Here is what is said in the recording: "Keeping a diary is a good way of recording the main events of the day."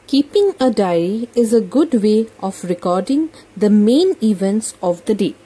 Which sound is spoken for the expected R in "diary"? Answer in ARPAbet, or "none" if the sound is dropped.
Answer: none